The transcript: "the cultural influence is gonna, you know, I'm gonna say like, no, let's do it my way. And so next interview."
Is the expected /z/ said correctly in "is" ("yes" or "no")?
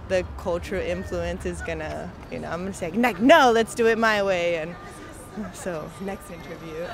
yes